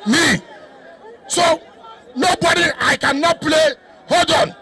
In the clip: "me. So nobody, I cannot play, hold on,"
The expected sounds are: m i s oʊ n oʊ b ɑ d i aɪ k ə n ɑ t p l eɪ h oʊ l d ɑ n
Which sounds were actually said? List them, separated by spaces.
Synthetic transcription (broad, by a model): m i s oʊ n oʊ b ɑ d i aɪ k ə n ɑ t p l eɪ h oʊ d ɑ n